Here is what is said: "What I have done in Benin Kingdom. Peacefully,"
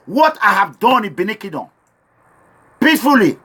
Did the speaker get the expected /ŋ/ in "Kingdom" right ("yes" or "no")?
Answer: no